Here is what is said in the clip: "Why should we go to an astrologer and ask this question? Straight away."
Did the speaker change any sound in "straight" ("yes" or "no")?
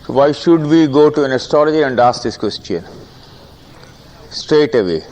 no